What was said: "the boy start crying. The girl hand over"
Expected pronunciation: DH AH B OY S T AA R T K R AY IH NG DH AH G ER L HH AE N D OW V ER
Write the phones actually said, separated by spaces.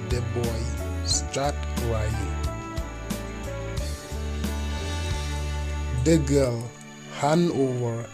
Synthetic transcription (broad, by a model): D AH B OY S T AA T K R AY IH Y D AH G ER L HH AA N OW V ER